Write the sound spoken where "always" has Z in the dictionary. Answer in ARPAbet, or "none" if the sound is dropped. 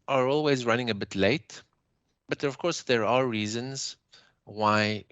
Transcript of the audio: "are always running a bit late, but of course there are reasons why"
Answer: Z